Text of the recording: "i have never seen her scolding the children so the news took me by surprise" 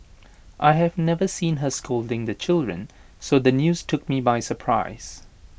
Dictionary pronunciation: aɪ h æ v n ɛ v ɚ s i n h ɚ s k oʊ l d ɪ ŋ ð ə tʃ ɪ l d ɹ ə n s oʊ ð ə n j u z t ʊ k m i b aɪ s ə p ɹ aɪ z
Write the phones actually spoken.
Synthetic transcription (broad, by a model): aɪ h æ v n ɛ v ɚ s i n h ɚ s k oʊ l d ɪ ŋ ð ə tʃ ɪ l d ɹ ə n s oʊ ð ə n j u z t ʊ k m i b aɪ s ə p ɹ aɪ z